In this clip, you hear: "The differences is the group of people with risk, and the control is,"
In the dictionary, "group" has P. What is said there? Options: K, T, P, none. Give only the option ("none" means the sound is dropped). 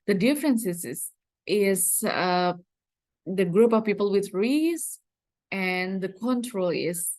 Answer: P